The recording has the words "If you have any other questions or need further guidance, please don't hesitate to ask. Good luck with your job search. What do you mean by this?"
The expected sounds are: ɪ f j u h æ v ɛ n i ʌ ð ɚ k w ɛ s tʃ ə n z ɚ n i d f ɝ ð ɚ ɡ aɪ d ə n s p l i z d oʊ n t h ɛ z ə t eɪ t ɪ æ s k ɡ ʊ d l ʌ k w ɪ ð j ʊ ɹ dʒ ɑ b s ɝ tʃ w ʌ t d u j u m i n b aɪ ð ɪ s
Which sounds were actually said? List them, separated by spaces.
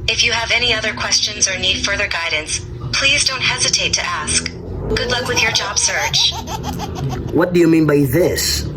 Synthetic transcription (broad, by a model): ɪ f j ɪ v ɛ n i ʌ ð ɚ k w ɛ s tʃ ə n z ɚ n i d f ɝ ð ɚ ɡ aɪ d n s p l i z d oʊ n t h ɛ z ə t eɪ t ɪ æ s k ɡ ʊ d l ʌ k w ɪ ð j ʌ ɹ dʒ ɑ b s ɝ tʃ w ʌ t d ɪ j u m i n b aɪ ð ɪ s